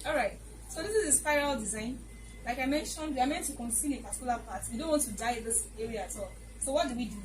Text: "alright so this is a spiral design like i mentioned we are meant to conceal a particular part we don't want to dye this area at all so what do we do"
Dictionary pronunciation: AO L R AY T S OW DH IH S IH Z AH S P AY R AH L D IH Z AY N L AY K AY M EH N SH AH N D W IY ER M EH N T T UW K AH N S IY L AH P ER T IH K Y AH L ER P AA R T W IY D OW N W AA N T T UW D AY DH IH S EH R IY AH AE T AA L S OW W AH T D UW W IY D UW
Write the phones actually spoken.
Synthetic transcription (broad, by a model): AO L R AY T S OW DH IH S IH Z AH S P AY R AH L D IH Z AY N L AY K AY M EH N SH AH N D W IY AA M EH N T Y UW K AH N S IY N AH P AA T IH K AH L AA P AA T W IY D OW N W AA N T T UW D AY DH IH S EH R IY AH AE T AA L S OW W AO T D UW W IY D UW